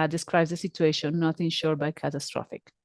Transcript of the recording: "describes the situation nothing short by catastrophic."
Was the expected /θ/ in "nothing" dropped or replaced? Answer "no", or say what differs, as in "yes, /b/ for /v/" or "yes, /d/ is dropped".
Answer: yes, /t/ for /θ/